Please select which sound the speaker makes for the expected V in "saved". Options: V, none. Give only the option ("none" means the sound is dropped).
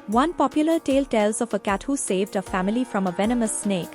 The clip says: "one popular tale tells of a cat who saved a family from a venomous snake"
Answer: V